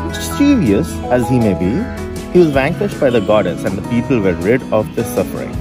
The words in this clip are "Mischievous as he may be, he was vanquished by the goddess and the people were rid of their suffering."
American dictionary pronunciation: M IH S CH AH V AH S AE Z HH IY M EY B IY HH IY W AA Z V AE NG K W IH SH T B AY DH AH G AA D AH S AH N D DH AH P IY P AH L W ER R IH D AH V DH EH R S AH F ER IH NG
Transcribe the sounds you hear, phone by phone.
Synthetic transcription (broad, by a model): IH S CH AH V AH S AE Z HH IY M EY B IY HH IY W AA Z V AE NG K W IH SH T B AY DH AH G AA D AH S AH N D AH P IY P AH L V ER R IH D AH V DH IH S AH F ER IH NG